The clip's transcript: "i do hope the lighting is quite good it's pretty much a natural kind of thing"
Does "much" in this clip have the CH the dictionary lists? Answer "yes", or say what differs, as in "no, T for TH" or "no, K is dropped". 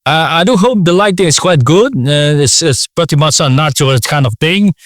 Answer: no, S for CH